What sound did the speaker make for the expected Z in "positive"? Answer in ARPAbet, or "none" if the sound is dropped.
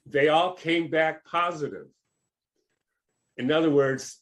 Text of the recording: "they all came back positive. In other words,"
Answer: Z